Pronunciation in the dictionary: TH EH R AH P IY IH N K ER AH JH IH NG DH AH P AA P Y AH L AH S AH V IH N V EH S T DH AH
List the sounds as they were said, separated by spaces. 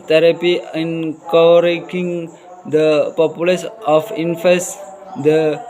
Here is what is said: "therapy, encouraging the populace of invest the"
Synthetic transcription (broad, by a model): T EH R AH P IY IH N K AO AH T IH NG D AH P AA P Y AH L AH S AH F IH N F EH S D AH